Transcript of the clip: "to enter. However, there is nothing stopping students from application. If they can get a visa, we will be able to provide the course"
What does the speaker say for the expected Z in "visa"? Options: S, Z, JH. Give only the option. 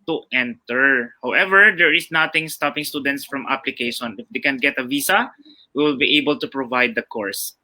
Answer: S